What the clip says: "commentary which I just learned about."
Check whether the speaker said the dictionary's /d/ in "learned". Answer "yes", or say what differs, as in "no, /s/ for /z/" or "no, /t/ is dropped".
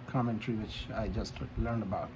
yes